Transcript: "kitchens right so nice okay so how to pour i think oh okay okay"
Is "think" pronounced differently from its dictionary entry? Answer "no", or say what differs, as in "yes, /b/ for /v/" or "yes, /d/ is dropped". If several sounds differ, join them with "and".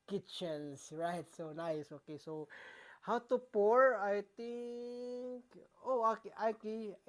yes, /t/ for /θ/